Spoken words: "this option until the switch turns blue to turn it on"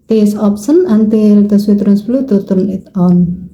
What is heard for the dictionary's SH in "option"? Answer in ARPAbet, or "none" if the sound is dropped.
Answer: S